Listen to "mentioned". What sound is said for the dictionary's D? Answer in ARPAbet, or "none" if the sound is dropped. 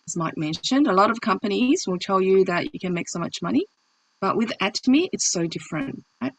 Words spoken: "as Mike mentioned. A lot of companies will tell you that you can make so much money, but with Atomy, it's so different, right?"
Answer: D